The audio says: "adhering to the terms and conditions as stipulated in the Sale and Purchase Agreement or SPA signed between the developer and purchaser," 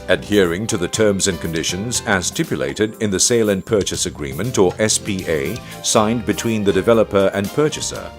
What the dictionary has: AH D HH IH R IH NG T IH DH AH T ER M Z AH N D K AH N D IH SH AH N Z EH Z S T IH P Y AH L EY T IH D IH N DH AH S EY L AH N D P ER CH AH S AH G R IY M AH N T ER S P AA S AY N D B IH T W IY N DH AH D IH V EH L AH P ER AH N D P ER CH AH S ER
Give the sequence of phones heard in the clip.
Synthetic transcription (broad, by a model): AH D HH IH R IH NG T IH DH AH T ER M Z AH N K AH N D IH SH AH N Z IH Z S T IH P Y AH L EY T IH D IH N DH AH S EY L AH N P ER CH AH S AH G R IY M AH N T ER S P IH S AY N B IH T W IY N DH AH D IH V EH L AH P ER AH N P ER CH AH S ER